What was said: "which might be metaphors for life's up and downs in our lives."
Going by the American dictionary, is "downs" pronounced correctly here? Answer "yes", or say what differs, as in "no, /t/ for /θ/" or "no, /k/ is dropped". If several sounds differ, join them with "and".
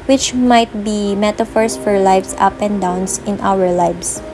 no, /s/ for /z/